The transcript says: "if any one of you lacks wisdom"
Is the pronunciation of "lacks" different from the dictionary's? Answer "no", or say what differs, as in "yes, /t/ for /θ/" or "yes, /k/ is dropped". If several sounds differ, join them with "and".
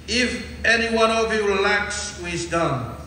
no